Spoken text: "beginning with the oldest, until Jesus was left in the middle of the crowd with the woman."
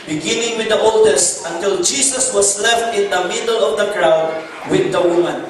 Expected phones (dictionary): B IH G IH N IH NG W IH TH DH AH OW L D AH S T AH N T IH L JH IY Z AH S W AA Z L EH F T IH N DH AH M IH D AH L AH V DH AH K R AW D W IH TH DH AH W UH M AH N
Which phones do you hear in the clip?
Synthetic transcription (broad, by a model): B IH G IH N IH NG W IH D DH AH OW L D AH S T AH N T IH L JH IY S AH S W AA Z L EH F T IH N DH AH M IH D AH L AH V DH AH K R AW D W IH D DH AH W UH M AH N